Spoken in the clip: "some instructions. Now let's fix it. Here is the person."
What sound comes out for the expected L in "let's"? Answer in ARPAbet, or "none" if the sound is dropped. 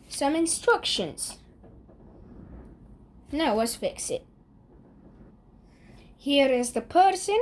W